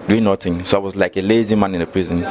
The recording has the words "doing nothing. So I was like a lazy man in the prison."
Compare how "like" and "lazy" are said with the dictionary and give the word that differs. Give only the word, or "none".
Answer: none